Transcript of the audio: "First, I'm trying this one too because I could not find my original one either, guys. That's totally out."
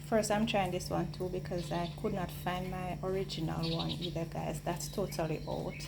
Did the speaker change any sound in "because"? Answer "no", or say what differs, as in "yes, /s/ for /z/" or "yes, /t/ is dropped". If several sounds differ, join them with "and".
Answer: no